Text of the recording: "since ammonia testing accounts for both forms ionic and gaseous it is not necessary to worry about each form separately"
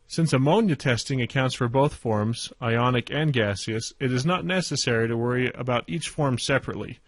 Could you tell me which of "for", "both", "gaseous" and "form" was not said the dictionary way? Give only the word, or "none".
none